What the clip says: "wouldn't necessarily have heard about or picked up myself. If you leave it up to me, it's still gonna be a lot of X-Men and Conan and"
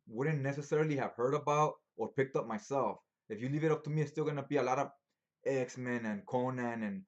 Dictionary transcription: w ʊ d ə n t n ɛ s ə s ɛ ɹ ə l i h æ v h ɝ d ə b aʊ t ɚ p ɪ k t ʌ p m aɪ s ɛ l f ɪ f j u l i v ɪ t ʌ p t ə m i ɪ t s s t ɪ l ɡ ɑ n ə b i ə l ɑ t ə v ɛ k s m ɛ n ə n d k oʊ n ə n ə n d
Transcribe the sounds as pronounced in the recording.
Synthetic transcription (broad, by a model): w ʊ d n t n ɛ s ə s ɛ ɹ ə l i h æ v h ɝ d ə b aʊ t ɚ p ɪ k t ʌ p m aɪ s ɛ l f ɪ f j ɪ l i v ɪ t ʌ p t ə m i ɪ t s s t ɪ l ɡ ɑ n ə b i ə l ɑ t ə v ɛ k s m ɛ n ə n k oʊ n ə n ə n